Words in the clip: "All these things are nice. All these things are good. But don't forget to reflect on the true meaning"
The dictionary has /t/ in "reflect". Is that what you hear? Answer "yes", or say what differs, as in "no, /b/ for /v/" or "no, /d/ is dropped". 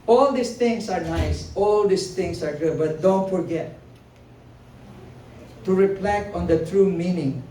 no, /t/ is dropped